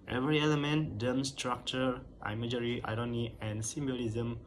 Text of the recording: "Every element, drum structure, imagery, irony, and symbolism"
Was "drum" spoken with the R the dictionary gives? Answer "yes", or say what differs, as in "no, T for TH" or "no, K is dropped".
no, R is dropped